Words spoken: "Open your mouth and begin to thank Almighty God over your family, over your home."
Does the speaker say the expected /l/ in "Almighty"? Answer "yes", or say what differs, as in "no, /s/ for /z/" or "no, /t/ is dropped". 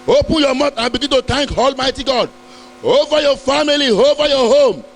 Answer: yes